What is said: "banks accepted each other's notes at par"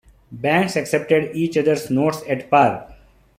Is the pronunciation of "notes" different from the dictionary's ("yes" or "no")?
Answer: no